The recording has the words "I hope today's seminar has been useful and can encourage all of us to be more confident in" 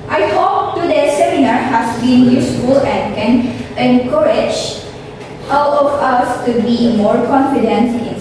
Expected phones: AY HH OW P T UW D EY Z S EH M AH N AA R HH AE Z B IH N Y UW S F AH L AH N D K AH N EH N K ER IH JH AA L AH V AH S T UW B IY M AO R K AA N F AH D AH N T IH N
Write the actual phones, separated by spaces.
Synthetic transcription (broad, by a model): AY HH OW P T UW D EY S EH M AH N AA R HH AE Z B IH N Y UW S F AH L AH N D K AH N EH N K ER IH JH AA W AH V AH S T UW B IY M AO R K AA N F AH D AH N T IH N